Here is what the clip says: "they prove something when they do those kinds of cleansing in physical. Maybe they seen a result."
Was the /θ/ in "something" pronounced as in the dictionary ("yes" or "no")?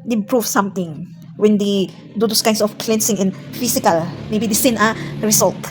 no